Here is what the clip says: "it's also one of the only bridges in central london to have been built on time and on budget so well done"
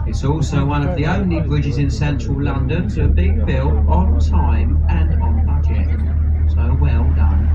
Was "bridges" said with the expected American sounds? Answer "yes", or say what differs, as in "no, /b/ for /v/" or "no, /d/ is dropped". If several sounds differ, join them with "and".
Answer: yes